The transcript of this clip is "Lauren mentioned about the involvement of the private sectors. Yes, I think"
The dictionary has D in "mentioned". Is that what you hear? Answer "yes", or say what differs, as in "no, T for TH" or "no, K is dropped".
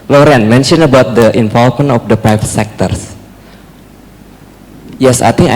no, D is dropped